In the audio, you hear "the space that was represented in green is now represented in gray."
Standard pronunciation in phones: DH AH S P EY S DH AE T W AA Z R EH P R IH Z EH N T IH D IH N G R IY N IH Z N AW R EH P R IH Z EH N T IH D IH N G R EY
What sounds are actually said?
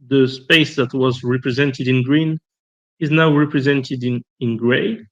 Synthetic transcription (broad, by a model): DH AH S P EY S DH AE T W AA Z R EH P R IH Z EH N T IH D IH N G R IY N IH Z N AW R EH P R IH Z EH N T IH D IH N G R EY